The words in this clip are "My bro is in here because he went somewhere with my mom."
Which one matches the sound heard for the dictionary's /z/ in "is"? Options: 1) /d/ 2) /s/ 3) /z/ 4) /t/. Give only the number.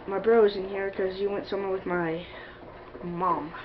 3